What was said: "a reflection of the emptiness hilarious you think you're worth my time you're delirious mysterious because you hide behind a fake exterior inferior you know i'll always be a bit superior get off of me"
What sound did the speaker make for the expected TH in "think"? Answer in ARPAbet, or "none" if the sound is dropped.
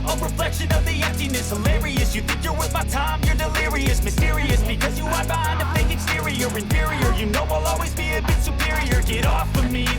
TH